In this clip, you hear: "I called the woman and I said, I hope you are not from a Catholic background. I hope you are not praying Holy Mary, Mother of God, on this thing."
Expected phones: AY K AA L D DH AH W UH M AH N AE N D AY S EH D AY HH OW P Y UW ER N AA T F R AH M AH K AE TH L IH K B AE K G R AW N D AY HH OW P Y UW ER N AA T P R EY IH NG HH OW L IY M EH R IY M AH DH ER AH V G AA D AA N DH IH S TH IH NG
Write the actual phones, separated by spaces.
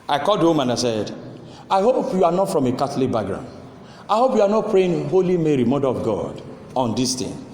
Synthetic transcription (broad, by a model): AY K AA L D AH M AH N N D AY S EH D AY HH OW P Y UW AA N AA T F R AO M AH K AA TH L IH K B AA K G R AW N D AY HH OW P Y UW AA N AA T P R EY IH NG HH OW L IY M EH R IY M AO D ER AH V G AA D AA N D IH S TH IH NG